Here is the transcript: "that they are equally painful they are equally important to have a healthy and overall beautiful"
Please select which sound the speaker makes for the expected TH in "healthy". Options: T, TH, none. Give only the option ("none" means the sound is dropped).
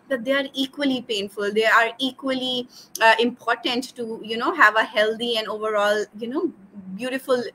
T